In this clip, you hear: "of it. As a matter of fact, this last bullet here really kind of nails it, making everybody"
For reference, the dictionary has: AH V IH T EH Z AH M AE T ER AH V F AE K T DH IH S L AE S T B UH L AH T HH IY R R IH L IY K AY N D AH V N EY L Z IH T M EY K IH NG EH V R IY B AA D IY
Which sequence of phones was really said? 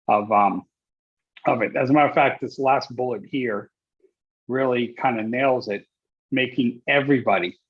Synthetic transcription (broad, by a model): AH V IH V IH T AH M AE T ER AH F AE K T DH IH S L AE S T B UH L AH T HH IY R R IH L IY K AY N D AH N EY L Z IH T M EY K IH NG EH V R IY B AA D IY